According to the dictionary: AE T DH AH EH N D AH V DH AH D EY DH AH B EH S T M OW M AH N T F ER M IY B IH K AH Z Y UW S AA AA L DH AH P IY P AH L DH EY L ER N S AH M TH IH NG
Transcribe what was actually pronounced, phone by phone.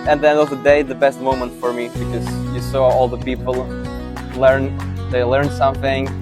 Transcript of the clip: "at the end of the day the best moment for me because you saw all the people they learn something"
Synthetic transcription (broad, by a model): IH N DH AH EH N AH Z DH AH D EY DH AH B EH S T M OW M AH N T F ER M IY B IH K AH Z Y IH S AA AA L DH AH P IY P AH N DH EY L ER N S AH M TH IH NG